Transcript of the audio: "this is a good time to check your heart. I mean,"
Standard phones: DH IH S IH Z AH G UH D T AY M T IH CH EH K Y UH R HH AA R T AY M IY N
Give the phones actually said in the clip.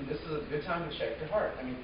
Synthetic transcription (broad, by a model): DH IH S IH Z AH G UH D T AY M T IH SH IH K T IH HH AA R T AY M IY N